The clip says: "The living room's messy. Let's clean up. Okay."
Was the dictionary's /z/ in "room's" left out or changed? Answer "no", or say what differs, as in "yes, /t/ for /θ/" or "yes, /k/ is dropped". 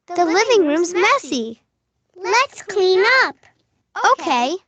no